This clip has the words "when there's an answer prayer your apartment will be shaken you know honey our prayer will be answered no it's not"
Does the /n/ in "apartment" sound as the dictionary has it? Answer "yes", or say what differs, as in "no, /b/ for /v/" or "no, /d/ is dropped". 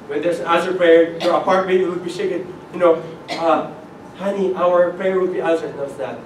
no, /n/ is dropped